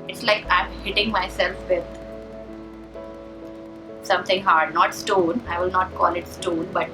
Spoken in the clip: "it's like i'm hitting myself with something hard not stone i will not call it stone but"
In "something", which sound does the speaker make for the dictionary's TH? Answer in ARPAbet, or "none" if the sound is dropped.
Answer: T